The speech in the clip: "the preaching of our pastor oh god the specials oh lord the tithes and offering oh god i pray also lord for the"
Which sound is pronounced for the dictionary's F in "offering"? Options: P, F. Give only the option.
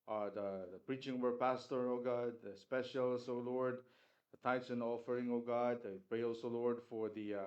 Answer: F